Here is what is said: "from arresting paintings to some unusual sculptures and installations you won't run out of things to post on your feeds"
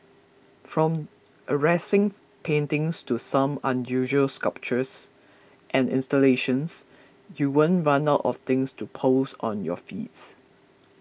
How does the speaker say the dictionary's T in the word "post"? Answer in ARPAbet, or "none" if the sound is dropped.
none